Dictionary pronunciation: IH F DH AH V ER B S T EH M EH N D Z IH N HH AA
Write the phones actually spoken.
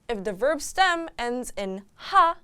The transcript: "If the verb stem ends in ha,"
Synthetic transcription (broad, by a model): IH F DH AH V ER B S T EH M EH N D Z IH N HH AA